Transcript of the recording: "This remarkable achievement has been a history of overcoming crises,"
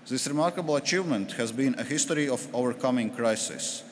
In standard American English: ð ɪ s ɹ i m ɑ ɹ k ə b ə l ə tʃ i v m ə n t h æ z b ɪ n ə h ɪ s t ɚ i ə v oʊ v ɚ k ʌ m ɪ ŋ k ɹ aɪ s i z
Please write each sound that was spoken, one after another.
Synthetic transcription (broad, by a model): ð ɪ s ɹ i m ɑ ɹ k ə b ə l ə tʃ i v m ə n t h æ z b ɪ n ə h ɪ s t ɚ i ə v oʊ v ɚ k ʌ m ɪ ŋ k ɹ aɪ s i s